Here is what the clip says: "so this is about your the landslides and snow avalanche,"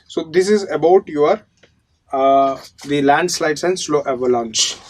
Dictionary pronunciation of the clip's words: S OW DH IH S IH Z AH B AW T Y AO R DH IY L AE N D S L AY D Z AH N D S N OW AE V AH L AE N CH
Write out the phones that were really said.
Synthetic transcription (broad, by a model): S OW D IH S IH Z AH B AW T Y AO R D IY L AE N D S L AY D S AH N D S L OW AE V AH L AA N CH